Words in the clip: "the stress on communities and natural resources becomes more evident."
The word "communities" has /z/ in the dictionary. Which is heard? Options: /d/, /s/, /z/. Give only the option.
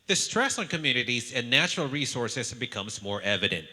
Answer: /z/